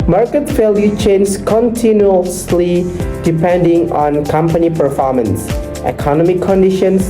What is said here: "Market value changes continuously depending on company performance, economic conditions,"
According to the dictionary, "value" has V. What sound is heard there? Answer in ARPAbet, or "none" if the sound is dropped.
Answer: F